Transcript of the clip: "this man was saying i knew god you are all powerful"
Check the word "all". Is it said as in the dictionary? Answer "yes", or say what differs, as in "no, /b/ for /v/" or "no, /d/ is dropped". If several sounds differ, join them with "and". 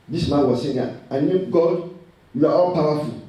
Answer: no, /n/ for /l/